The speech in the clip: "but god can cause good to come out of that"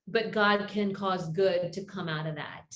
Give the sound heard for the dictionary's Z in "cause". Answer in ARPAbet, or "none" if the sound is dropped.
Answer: Z